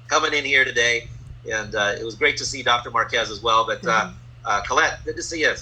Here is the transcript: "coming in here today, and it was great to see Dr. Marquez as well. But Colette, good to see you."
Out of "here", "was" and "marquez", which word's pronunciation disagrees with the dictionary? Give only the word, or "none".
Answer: none